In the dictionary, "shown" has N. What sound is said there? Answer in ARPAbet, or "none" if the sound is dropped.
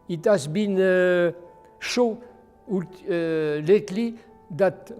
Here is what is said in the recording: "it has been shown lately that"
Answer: L